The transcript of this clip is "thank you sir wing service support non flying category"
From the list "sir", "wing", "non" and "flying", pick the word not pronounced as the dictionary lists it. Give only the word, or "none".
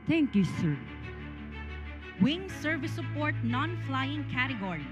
none